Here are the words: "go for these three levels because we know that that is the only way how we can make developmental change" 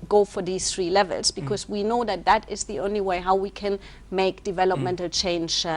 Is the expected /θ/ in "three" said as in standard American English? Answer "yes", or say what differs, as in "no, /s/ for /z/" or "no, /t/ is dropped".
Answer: yes